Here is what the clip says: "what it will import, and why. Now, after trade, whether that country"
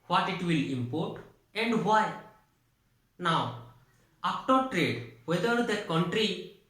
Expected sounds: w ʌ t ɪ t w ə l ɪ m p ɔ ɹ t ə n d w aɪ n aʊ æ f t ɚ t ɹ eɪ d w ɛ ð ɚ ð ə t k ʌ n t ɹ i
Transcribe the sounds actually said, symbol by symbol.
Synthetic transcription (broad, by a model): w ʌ t ɪ t w ə l ɪ m p ɔ ɹ t ə n d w aɪ n aʊ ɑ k t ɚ t ɹ eɪ d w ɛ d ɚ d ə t k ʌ n t ɹ i